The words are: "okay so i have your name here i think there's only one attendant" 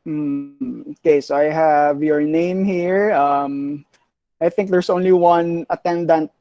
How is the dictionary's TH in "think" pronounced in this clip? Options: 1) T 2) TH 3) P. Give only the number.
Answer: 2